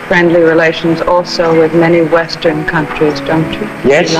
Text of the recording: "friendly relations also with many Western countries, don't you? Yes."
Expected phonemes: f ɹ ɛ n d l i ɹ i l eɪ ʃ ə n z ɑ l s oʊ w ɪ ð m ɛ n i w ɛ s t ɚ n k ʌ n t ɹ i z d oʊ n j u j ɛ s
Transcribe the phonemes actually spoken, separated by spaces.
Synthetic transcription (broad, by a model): f ɹ ɛ n d l i ɹ i l eɪ ʃ ə n z ɑ l s oʊ w ɪ ð m ɛ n i w ɛ s t ɚ n k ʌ n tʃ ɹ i z d oʊ n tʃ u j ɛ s